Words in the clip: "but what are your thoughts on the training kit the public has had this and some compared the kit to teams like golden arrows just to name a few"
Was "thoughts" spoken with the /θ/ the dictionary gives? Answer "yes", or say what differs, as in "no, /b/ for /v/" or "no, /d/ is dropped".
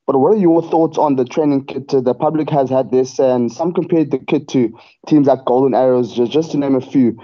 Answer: yes